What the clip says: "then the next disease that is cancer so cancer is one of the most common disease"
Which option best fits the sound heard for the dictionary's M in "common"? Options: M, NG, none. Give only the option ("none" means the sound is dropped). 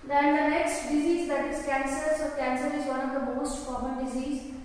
none